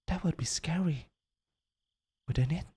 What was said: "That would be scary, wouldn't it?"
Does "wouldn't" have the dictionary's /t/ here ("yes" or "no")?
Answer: no